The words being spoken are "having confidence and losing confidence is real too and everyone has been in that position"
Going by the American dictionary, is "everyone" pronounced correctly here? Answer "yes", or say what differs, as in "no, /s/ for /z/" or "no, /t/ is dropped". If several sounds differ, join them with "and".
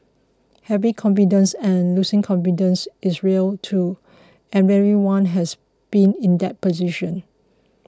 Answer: no, /v/ is dropped